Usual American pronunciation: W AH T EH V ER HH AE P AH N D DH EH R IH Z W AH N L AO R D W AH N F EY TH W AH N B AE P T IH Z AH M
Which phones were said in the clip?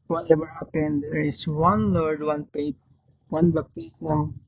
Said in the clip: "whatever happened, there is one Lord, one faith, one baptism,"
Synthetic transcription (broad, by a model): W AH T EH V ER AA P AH N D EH R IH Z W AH N L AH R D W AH N P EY T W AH N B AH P T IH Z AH M